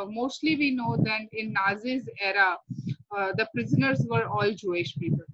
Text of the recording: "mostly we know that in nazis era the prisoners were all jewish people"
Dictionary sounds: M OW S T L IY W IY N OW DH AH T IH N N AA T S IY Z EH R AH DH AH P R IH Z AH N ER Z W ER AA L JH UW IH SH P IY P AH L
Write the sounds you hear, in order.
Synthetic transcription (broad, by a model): M OW S T L IY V IY N OW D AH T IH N N AA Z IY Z EH R AH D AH P R IH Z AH N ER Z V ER AA L JH UW IH SH P IY P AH L